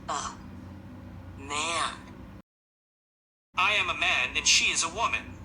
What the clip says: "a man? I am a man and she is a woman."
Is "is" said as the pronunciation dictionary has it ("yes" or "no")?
yes